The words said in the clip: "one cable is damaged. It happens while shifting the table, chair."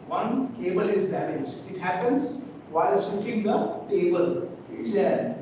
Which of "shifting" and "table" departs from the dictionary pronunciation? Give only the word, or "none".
shifting